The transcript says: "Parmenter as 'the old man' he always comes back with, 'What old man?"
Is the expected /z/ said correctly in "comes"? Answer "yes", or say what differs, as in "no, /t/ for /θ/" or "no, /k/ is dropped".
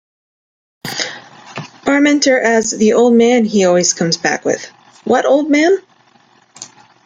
yes